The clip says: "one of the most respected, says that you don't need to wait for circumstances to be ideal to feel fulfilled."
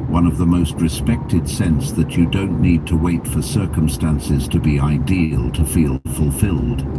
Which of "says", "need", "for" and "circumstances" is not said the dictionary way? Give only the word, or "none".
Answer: says